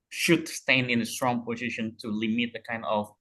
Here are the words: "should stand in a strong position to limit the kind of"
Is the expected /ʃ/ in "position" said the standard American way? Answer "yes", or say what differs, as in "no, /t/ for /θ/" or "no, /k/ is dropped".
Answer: yes